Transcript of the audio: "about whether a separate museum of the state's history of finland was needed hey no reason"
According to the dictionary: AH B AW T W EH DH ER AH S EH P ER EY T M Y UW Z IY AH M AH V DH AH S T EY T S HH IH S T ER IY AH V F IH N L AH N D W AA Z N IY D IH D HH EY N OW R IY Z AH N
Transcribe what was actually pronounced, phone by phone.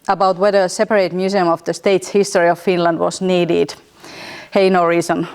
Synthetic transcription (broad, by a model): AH B AW T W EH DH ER AH S EH P ER EY T M Y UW S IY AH M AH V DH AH S T EY T S HH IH S T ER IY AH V F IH N L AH N D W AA S N IY D IH D HH EY N OW R IY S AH N